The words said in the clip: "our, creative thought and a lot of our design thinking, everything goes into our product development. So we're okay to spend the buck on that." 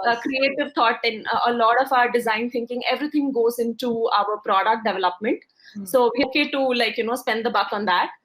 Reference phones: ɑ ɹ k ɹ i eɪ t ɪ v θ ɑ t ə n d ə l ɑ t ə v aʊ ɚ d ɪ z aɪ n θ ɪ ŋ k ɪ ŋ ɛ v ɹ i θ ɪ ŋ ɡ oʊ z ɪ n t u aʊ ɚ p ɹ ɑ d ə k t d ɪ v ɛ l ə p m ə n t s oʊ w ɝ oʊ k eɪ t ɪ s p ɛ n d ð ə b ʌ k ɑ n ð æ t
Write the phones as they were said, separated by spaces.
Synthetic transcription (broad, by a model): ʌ k ɹ i eɪ t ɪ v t ɑ t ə n ə l ɑ t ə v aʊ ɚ d ɪ z aɪ n t ɪ ŋ k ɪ ŋ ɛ v ɹ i t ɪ ŋ ɡ oʊ z ɪ n t u aʊ ɚ p ɹ ɑ d ə k t d ɪ v ɛ l ə p m ə n t s oʊ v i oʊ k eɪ t ɪ s p ɛ n d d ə b ʌ k ɑ n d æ t